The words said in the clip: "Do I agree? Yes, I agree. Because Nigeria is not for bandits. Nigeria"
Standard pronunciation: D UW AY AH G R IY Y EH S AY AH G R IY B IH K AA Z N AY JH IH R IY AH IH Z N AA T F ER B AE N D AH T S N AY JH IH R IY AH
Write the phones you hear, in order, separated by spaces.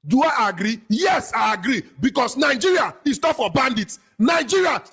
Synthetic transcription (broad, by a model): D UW AY AH G R IY Y EH S AY AH G R IY B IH K AA S N AY JH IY R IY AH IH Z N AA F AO B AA N D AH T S N AY JH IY R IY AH